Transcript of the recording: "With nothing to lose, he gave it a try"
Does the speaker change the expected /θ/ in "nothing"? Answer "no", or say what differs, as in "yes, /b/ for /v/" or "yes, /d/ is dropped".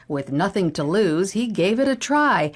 no